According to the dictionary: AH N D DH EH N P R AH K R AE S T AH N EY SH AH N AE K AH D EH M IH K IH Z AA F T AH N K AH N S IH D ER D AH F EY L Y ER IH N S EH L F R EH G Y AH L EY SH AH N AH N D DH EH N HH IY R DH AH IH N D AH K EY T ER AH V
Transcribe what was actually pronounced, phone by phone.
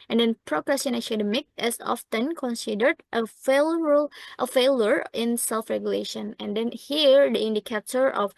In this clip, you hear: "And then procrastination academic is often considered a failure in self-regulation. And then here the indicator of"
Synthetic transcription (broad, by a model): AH N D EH N P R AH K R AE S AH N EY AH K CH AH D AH M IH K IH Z AA F T AH N K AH N S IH D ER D AH F EY L Y ER IH N S EH L F R EH G Y AH L EY SH AH N AH N D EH N HH IY R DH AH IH N D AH K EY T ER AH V